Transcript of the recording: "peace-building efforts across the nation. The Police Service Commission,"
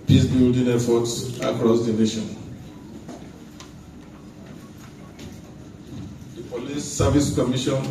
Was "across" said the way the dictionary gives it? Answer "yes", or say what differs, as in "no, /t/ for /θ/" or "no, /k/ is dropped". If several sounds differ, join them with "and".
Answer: yes